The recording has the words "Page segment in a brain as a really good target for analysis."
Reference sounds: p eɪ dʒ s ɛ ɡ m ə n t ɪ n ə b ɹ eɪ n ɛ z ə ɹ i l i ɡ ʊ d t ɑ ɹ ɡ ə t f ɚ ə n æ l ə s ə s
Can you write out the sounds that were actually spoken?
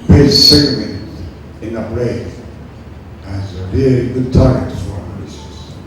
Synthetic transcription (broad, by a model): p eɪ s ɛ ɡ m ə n ɪ n ə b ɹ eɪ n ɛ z ə ɹ i l i ɡ ʊ d t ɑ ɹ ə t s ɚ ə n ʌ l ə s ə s